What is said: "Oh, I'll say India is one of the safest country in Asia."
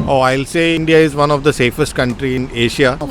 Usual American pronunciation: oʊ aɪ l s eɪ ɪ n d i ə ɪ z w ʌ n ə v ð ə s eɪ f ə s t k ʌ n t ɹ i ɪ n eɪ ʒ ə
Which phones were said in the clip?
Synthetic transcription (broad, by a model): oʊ aɪ l s eɪ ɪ n d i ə ɪ z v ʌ n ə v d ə s eɪ f ə s t k ʌ n t ɹ i ɪ n eɪ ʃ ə